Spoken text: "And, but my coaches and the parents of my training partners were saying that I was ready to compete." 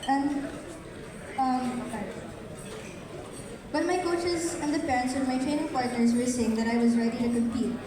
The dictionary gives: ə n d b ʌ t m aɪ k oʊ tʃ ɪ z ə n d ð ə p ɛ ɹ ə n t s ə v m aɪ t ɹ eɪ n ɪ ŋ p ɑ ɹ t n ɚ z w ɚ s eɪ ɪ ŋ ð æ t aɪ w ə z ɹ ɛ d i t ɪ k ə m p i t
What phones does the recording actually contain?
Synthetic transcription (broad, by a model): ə n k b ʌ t m aɪ k oʊ tʃ ɪ z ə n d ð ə p ɛ ɹ ə n t s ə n m aɪ t ɹ eɪ n ɪ ŋ p ɑ ɹ t n ɚ z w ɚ s eɪ ɪ ŋ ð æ t aɪ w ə z ɹ ɛ d i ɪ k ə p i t